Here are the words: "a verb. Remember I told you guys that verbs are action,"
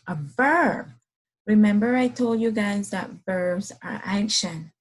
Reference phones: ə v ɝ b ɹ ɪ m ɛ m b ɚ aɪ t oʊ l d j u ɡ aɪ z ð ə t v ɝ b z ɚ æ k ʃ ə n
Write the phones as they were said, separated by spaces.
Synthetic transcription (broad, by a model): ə v ɝ b ɹ ɪ m ɛ m b ɚ aɪ t oʊ l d j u ɡ aɪ z ð ə t v ɝ b z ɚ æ k ʃ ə n